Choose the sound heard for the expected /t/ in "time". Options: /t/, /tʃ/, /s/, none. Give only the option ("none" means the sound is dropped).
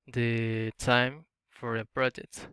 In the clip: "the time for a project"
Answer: /t/